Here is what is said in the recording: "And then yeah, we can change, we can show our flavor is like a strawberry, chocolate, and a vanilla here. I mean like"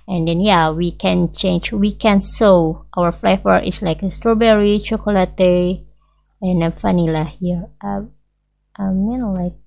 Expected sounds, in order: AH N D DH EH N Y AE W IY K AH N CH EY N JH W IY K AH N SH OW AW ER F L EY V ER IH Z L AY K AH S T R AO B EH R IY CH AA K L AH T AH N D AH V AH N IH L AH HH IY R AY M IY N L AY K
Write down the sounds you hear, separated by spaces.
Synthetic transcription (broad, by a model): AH N D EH N Y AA W IY K AH N CH EY N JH W IY K AH N S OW AW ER F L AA F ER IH S L AY K AH S T R AO B EH R IY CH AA K L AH T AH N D AH F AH N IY L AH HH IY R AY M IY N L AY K